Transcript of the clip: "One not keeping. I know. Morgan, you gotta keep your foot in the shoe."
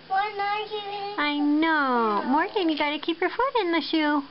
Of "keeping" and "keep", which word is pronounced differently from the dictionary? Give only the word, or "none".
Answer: keeping